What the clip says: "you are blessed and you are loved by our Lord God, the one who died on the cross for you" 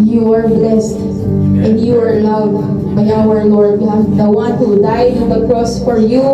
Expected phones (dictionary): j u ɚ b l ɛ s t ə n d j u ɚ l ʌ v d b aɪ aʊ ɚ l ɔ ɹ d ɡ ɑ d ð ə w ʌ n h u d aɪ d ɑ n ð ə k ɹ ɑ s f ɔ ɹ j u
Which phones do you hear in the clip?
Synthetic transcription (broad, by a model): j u ɚ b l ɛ s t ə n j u ɚ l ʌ w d b aɪ aʊ ɚ l ɔ ɹ d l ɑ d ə w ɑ n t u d aɪ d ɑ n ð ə k ɹ ɑ s f ɔ ɹ j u